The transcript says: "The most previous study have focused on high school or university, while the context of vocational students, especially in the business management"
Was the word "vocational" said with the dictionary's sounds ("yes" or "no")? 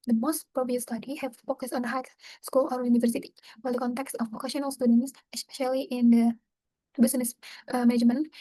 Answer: no